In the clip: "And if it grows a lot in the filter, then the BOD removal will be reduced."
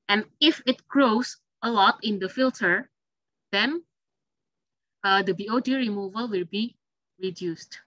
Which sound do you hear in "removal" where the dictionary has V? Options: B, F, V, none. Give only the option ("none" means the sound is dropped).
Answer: V